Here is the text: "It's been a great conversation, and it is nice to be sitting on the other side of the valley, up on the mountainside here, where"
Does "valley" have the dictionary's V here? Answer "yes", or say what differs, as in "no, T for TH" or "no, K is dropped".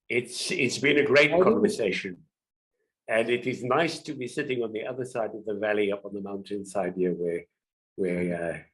yes